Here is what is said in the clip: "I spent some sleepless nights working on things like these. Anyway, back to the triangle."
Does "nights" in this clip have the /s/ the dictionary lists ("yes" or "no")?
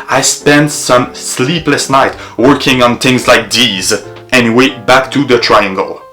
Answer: no